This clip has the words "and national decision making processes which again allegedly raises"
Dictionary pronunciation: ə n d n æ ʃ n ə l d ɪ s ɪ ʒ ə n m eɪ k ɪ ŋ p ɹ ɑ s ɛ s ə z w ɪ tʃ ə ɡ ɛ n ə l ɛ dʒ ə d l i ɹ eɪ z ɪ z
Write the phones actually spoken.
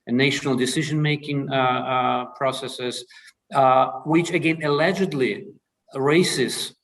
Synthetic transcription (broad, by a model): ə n n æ ʃ n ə l d ɪ s ɪ ʒ ə n m eɪ k ɪ ŋ p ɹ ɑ s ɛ s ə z w ɪ tʃ ə ɡ ɛ n ə l ɛ dʒ ə d l i ɹ eɪ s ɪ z